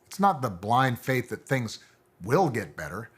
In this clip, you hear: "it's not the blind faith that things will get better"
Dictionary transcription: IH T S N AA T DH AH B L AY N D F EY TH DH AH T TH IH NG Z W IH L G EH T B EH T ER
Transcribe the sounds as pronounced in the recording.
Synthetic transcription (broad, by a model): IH T S N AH T DH AH B L AY N D F EY TH DH AH T TH IH NG Z W IH L G EH T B EH T ER